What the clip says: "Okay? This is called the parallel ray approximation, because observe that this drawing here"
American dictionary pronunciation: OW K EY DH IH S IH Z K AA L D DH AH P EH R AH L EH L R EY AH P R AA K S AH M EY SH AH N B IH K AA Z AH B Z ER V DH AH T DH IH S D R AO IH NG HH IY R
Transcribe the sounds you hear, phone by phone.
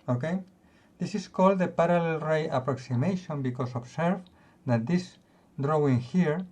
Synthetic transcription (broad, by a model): OW K EY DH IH S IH S K AA L D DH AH P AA R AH L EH L R EY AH P R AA K S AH M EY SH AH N B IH K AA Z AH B S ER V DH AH T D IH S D R AO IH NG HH IY R